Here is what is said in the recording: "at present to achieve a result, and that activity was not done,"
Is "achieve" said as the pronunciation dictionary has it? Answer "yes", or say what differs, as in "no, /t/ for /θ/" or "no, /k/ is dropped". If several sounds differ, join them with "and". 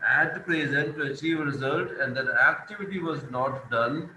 yes